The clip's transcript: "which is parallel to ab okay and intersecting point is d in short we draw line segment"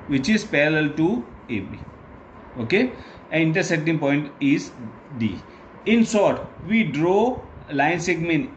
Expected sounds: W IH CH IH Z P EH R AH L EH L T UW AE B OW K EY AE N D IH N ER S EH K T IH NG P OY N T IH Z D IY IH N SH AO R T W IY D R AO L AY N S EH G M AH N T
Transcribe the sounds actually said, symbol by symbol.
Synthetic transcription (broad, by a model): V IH CH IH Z P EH R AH L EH L T UW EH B OW K EY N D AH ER S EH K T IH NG P OY N T IH Z D IY IH N S AO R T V IY D R AO L AY N S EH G M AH N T